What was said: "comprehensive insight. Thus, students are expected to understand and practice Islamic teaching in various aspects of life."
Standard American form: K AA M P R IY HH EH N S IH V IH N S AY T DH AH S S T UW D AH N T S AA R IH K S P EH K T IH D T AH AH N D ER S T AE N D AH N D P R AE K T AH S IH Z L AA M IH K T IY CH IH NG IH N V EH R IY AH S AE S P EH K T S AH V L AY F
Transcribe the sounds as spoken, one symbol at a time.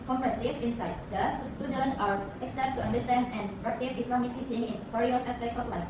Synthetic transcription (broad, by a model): K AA M P R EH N S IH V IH N S AY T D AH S S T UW D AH N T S AA R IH K S EH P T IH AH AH N D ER S T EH N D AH N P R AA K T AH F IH S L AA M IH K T IY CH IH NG IH N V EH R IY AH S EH S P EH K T AH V L AY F